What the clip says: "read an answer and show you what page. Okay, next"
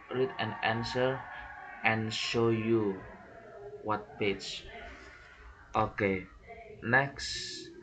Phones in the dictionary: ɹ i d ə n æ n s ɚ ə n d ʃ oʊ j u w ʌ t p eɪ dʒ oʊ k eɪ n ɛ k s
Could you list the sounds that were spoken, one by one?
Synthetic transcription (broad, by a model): ɹ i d ə n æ n s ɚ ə n ʃ oʊ j u w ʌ t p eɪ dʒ oʊ k eɪ n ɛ k s